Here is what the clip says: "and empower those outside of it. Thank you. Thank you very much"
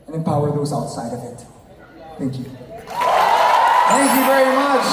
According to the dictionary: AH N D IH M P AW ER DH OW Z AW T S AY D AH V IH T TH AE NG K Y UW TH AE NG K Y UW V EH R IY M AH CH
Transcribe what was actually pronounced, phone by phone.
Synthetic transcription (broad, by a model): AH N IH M P AW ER DH OW Z AW T S AY D AH V IH T TH AE NG K Y UW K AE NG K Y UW V EH R IY M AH CH